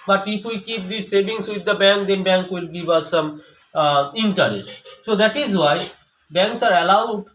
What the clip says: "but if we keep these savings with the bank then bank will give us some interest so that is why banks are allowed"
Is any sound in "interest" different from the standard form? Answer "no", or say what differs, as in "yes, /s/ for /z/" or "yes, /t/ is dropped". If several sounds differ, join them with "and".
yes, /ɹ/ is dropped